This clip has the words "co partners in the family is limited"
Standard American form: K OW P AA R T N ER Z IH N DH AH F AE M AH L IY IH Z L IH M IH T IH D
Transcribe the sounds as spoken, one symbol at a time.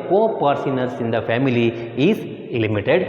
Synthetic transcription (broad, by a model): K OW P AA R S N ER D IH N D AH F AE M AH L IY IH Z L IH M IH T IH D